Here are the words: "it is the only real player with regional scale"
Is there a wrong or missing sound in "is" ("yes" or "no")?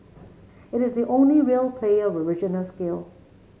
no